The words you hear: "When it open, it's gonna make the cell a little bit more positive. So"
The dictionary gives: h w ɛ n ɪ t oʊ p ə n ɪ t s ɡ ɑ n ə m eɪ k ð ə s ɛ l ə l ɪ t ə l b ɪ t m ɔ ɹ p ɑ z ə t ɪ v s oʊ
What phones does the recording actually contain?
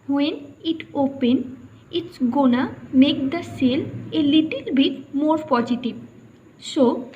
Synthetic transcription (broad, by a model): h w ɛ n ɪ t oʊ p ə n ɪ t s ɡ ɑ n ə m eɪ k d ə s ɛ l ə l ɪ t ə l b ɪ t m ɔ ɹ p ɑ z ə t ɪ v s oʊ